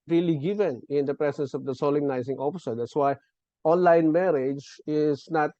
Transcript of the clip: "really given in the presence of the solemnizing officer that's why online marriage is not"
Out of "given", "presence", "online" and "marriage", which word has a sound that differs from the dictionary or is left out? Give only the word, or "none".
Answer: presence